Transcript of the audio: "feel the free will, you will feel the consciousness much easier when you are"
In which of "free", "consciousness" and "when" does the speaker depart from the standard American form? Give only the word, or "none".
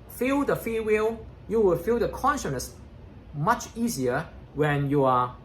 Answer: free